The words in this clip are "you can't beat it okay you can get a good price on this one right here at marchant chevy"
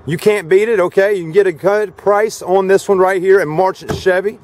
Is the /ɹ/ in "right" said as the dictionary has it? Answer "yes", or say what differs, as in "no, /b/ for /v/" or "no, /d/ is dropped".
yes